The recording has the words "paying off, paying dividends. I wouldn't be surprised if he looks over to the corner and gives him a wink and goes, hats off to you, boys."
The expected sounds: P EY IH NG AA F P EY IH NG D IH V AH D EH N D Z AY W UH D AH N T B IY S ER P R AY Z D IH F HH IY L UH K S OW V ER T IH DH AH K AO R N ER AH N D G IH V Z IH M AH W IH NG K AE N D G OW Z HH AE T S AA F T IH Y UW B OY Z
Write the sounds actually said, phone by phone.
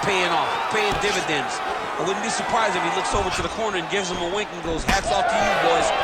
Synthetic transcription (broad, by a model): P EY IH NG AA F P EY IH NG D IH V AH D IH N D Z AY W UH D N B IY S ER P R AY Z IH F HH IY L UH K S OW V ER T IH DH AH K AO R N ER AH N G IH V Z IH M AH W IH NG K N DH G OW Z HH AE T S AA F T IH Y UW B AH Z